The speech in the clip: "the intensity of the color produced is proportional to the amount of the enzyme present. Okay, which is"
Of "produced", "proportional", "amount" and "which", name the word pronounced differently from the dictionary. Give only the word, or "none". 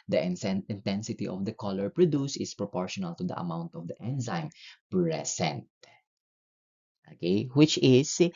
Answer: produced